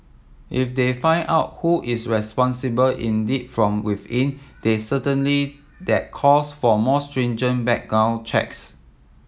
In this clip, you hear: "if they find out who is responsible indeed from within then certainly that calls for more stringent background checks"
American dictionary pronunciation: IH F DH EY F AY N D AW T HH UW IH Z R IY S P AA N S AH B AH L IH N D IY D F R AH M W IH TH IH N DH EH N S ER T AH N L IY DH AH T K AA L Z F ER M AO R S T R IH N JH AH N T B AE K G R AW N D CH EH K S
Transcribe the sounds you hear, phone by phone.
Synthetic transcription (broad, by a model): IH F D EY F AY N AW T HH UW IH S R IY S P AA N S AH B AH L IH N D IY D F R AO M W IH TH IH N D EH S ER T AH N L IY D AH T K AA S F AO M AO S T R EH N JH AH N B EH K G AW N CH EH K S